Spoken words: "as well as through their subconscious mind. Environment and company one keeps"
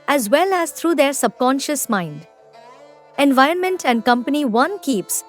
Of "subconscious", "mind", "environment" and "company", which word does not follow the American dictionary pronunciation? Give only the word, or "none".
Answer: none